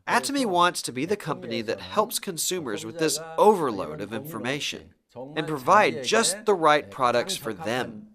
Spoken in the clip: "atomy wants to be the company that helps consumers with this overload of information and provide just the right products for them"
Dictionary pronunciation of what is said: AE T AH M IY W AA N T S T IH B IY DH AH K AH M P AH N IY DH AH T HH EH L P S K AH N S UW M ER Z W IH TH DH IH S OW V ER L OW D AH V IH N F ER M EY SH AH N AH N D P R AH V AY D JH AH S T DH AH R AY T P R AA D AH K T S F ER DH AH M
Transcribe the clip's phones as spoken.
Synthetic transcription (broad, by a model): AE T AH M IY W AA N T S T IH B IY DH AH K AH M P AH N IY DH AH T HH EH L P S K AH N S UW M ER Z W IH DH IH S OW V ER L OW D AH V IH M F ER M EY SH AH N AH N P R AH V AY D JH AH S T DH AH R AY T P R AA D AH K T S F ER DH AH M